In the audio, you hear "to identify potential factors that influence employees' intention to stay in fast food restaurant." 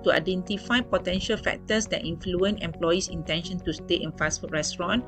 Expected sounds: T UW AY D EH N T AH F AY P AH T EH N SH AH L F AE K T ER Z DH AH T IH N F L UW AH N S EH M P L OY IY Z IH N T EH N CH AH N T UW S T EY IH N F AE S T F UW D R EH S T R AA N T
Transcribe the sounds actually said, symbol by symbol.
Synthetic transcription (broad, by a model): T UW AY D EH N T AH F AY P AH T EH N SH AH L F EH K T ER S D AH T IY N F L UW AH N EH M P L OY IY S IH N T EH N SH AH N T UW S T EY IH N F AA S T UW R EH S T R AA N